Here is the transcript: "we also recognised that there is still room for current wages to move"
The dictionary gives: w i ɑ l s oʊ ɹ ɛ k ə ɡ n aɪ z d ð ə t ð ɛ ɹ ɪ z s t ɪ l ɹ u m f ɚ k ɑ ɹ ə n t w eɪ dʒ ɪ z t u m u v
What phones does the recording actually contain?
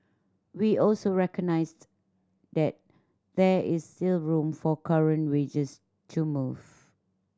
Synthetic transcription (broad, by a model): w i ɑ l s oʊ ɹ ɛ k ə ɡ n aɪ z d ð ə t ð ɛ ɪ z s t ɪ l ɹ u m f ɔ k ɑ ɹ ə n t w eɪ dʒ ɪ s t u m u v